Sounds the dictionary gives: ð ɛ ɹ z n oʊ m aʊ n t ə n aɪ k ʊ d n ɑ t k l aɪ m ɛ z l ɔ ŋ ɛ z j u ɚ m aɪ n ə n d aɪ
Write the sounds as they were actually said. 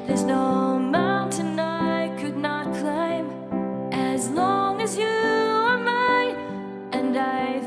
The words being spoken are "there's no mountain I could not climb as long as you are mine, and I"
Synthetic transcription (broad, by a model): ð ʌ ɹ z n oʊ m aʊ n t ə n aɪ k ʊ d n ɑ t k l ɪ m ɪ z l ɔ ŋ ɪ z j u ɚ m aɪ ə n aɪ